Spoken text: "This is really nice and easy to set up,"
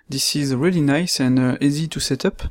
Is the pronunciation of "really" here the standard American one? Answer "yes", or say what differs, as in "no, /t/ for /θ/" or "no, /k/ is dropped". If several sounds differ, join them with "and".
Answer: yes